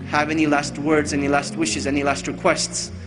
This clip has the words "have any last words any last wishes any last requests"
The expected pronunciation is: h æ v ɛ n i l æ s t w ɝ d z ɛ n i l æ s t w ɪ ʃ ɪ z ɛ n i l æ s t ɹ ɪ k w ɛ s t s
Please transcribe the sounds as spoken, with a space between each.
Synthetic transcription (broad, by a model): h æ v ɛ n i l æ s t w ɝ d z ɛ n i l æ s t w ɪ ʃ ɪ z ɛ n i l æ s t ɹ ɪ k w ɛ s t s